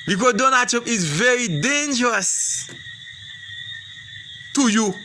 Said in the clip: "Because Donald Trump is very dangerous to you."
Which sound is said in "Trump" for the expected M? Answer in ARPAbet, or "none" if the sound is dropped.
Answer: none